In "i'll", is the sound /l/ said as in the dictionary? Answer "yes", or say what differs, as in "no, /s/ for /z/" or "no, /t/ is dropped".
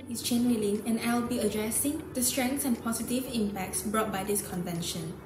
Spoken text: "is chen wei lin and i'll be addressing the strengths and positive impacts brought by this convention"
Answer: no, /w/ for /l/